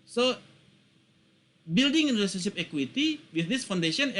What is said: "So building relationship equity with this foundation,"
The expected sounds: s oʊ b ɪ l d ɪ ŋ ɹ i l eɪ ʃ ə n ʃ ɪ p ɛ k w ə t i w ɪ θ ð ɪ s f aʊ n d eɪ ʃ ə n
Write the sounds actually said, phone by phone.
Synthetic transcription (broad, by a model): s oʊ b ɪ l d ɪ ŋ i n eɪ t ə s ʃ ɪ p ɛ k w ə t i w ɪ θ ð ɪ s f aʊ n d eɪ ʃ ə n